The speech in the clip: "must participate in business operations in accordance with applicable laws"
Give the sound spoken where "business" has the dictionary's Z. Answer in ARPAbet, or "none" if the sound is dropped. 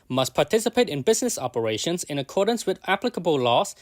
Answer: Z